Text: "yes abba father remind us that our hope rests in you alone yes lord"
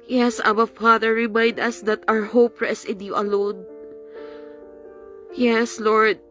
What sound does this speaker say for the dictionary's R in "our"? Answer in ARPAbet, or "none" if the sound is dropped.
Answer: R